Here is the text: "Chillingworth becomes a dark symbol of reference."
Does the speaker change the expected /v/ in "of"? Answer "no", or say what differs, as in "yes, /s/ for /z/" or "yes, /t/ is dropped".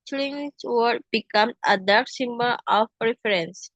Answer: yes, /p/ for /v/